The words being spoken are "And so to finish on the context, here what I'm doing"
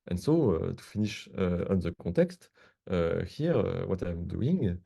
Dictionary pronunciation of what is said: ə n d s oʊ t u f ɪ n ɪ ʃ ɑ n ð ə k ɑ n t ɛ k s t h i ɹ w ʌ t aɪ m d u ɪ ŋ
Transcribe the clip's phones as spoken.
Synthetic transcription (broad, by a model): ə n s oʊ t u f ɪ n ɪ ʃ ɑ n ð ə k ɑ t ɛ k s t h i ɹ w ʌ t aɪ m d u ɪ ŋ